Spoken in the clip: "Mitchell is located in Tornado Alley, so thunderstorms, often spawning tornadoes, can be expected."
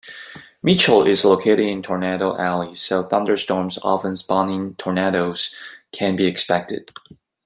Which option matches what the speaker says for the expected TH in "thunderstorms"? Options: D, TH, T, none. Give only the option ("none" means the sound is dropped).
TH